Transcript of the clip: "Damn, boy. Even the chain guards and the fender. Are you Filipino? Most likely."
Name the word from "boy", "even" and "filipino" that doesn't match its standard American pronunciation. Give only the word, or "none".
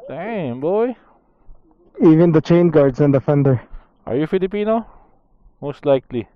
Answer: none